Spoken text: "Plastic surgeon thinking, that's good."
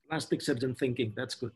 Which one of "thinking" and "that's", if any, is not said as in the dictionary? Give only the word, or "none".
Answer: none